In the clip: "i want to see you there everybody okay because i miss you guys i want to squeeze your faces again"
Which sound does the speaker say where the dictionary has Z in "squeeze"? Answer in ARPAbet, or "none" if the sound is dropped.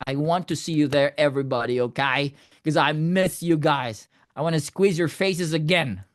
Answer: Z